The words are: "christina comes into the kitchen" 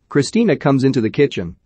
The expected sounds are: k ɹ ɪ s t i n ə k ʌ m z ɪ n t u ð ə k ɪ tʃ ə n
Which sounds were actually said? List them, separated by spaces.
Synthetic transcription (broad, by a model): k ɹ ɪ s t i n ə k ʌ m z ɪ n t u ð ə k ɪ tʃ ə n